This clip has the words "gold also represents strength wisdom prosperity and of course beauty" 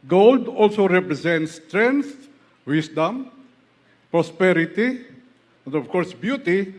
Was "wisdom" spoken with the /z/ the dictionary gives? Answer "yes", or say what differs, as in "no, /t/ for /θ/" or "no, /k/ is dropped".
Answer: no, /s/ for /z/